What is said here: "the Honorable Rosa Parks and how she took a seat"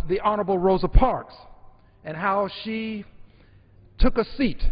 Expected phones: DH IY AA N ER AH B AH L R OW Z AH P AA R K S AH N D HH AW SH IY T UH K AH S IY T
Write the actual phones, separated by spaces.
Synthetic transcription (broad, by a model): DH IY AA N ER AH B L R OW Z AH P AA R K S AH N HH AW SH IY T UH K AH S IY T